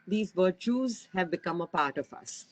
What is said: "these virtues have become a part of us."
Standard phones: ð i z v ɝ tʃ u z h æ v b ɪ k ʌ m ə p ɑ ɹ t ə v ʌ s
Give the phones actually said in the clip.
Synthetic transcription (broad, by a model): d i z v ɝ tʃ u z h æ v b ɪ k ʌ m ə p ɑ ɹ t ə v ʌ s